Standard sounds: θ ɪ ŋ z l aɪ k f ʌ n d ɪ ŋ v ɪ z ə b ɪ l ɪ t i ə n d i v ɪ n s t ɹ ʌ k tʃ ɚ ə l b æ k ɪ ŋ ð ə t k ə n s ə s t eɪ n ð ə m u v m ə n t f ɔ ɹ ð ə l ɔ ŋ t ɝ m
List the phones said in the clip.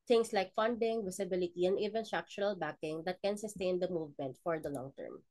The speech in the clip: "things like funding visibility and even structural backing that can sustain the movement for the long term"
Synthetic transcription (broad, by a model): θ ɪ ŋ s l aɪ k f ʌ n d ɪ ŋ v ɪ s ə b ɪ l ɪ t i ə n d i v ɪ n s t ɹ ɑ k tʃ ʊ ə l b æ k ɪ ŋ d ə t k ə n s ə s t eɪ n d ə m u v m ə n t f ɔ ɹ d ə l ɔ ŋ t ɝ m